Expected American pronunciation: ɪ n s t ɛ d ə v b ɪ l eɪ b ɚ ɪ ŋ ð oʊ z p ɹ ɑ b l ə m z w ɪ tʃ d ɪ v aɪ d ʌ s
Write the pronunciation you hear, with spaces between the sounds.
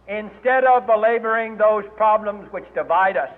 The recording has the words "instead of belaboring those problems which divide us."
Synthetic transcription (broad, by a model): ɪ n s t ɛ d ə v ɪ l eɪ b ɚ ɪ ŋ ð oʊ z p ɹ ɑ b l ə m z w ɪ tʃ d ɪ v aɪ d ʌ s